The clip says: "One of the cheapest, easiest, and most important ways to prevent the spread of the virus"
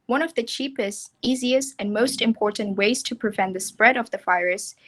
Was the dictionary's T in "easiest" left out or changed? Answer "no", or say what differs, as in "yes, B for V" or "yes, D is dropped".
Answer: no